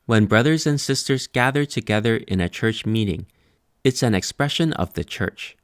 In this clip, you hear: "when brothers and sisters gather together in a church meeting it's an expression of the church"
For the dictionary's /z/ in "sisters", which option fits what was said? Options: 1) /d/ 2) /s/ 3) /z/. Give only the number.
3